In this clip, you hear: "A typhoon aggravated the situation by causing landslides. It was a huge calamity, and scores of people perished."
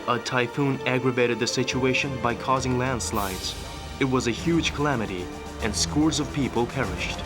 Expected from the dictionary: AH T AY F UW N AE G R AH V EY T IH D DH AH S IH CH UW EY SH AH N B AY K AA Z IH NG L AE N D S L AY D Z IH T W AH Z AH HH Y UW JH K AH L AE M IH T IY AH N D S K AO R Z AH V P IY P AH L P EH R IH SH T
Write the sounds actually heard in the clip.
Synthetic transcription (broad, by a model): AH T AY F UW N AE G R AH V EY T IH D DH AH S IH CH UW EY SH AH N B AY K AA Z IH NG L AE N D S L AY D Z IH T W AH Z AH HH Y UW JH K AH L AE M IH T IY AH N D S K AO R Z AH V P IY P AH L P EH R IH SH T